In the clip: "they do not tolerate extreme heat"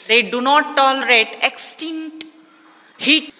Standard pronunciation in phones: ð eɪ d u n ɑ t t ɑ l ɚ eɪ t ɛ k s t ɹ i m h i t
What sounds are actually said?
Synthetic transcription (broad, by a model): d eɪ d u n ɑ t t ɑ l ɚ eɪ t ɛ k s t i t h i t